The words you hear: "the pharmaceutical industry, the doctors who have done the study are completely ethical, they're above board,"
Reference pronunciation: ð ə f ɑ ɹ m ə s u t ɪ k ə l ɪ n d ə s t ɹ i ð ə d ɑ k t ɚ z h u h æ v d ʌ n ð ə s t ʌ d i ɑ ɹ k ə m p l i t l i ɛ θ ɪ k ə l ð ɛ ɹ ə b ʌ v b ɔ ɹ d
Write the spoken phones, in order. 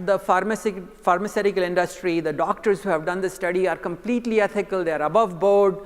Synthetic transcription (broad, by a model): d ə f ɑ ɹ m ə s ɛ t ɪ k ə l ɪ n d ə s t ɹ i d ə d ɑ k t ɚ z h u h æ v d ʌ n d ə s t ʌ d i ɑ ɹ k ə m p l i t l i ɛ t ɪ k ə l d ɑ ɹ ə b ʌ v b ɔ ɹ d